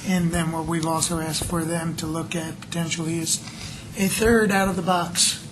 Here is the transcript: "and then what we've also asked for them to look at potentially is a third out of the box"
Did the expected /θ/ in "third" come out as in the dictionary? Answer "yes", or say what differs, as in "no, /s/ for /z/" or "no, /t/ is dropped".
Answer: yes